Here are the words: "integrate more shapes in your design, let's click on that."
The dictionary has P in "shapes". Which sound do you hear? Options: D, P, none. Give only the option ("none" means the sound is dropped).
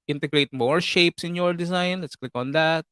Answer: P